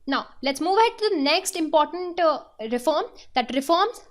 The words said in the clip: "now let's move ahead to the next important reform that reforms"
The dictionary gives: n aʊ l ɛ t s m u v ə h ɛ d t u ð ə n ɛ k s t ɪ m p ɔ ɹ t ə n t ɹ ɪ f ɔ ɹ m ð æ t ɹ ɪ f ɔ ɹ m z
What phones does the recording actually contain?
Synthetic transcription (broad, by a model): n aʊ l ɛ t s m u v ə h ɛ d t u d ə n ɛ k s t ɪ m p ɔ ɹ t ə n t ɹ ɪ f ɔ ɹ m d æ t ɹ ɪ f ɔ ɹ m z